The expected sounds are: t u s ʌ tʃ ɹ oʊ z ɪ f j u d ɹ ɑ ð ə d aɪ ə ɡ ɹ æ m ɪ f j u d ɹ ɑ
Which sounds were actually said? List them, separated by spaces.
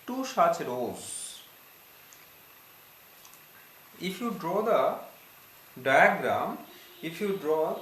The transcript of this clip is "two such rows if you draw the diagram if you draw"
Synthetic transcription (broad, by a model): t u ʃ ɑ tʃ ɹ oʊ z ɪ f j u d ɹ ɑ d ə d aɪ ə ɡ ɹ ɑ m ɪ f j u d ɹ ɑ